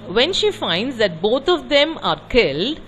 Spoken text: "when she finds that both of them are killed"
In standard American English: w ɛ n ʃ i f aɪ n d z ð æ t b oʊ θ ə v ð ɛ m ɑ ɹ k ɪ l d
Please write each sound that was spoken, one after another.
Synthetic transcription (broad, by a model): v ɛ n ʃ i f aɪ n d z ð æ t b oʊ t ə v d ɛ m ɑ ɹ k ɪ l d